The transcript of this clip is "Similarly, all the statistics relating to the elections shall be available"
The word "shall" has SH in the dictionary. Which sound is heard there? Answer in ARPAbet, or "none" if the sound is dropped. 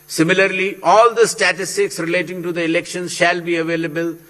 SH